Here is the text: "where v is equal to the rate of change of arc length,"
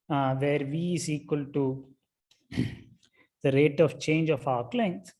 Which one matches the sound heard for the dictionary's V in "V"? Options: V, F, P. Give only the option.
V